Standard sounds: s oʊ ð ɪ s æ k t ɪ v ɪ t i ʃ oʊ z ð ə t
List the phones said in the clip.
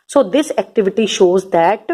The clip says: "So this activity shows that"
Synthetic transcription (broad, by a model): s oʊ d ɪ s æ k t ɪ v ɪ t i ʃ oʊ z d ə t